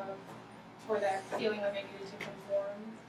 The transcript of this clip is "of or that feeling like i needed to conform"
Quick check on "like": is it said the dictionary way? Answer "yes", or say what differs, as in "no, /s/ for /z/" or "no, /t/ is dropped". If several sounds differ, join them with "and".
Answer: no, /k/ is dropped